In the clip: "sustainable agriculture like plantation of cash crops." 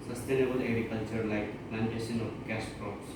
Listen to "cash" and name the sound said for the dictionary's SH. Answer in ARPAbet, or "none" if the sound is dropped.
S